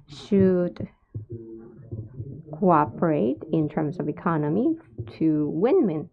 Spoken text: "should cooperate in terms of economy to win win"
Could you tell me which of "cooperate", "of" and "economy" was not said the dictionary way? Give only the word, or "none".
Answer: none